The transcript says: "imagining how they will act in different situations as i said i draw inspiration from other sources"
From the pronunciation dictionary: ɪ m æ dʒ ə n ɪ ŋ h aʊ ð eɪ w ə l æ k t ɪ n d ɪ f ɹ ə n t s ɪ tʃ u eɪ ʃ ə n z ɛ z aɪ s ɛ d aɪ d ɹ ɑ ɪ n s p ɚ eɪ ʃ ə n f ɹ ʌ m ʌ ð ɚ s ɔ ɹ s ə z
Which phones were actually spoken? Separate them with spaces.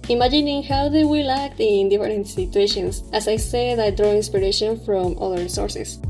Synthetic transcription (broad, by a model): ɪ m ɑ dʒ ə n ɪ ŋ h aʊ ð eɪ w ə l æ k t ɪ n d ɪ f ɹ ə n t s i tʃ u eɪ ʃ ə n s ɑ s aɪ s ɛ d aɪ d ɹ ɑ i n s p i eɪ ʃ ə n f ɹ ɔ m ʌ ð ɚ s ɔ ɹ s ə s